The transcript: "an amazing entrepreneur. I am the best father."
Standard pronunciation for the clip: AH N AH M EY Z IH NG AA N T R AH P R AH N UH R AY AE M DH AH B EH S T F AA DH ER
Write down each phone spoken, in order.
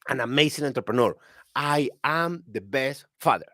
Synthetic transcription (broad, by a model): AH N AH M EY S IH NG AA N T R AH P R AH N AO R AY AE M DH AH B EH S T F AA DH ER